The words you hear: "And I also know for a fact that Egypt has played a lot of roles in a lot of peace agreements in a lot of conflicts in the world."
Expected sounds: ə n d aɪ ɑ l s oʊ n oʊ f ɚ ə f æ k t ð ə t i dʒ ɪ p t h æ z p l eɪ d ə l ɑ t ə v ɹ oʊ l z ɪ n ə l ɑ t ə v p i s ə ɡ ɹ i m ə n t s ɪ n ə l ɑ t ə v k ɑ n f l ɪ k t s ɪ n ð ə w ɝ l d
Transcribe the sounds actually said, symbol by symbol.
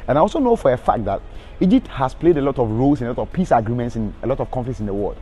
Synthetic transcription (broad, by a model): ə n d aɪ ɑ l s oʊ n oʊ f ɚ ə f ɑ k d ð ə t i dʒ ɪ p t h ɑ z p l eɪ d ə l ɑ t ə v ɹ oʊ l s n ə l ɑ t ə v p i s ə ɡ ɹ i m ə n t s ɪ n ə l ɑ t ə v k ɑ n f l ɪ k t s ɪ n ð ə w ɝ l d